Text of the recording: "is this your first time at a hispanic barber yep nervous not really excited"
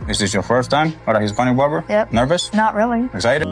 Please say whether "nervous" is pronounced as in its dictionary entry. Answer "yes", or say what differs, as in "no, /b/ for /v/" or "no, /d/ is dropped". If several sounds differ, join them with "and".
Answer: yes